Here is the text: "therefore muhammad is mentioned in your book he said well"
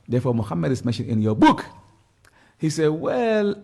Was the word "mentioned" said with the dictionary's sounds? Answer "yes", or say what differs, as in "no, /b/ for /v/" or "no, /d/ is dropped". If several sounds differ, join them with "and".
no, /d/ is dropped